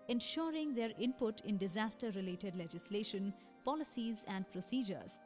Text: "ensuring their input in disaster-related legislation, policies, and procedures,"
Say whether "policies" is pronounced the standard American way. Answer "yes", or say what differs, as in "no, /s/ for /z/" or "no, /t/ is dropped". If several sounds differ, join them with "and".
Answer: yes